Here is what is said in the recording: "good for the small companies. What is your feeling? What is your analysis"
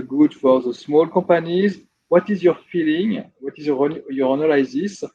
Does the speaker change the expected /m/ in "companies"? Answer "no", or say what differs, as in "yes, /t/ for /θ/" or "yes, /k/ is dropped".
yes, /m/ is dropped